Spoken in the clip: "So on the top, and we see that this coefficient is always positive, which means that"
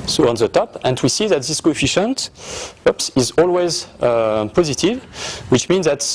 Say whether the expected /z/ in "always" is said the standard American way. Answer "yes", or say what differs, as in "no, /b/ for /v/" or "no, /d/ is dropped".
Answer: yes